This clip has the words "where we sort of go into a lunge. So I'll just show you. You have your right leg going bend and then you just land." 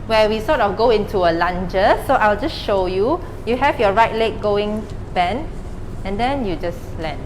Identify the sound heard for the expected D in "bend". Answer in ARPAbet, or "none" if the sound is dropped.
none